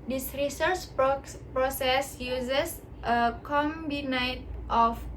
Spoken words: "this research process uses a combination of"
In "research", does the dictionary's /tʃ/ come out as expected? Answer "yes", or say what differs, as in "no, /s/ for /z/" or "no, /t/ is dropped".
yes